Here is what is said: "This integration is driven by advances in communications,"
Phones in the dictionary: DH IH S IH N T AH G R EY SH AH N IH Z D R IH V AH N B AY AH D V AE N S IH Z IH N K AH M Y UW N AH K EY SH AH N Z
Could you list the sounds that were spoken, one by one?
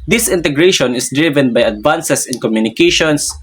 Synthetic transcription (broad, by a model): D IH S IH N T AH G R EY SH AH N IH S D R IH V AH N B AY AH D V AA N S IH S IH N K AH M Y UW N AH K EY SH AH N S